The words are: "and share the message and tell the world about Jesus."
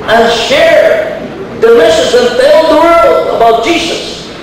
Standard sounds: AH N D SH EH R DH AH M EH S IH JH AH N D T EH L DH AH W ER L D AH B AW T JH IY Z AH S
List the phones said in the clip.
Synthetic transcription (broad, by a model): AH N SH EH R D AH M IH SH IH Z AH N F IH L DH AH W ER L AH B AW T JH IY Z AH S